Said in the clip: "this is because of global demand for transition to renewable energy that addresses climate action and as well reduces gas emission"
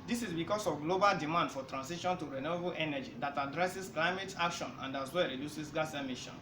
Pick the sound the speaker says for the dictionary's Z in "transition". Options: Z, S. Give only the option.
S